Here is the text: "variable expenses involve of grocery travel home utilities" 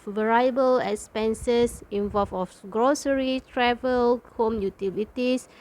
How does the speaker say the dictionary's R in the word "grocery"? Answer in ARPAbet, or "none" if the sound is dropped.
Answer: R